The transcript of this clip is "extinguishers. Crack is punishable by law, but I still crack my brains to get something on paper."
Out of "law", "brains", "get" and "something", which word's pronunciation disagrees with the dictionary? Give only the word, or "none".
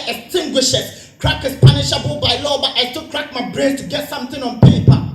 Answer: brains